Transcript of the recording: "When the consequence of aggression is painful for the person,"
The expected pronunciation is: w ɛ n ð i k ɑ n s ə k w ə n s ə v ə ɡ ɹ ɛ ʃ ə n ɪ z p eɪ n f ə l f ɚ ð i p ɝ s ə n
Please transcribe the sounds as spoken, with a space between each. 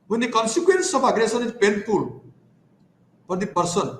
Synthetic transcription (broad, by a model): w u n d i k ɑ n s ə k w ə n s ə p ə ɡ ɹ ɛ s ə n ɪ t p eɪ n p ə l p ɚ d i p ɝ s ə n